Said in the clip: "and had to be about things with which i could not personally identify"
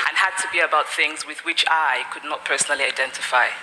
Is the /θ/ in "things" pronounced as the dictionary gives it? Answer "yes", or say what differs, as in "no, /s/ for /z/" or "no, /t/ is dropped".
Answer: yes